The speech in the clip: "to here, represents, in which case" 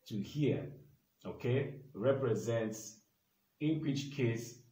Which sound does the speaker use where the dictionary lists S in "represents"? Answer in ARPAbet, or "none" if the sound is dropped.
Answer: S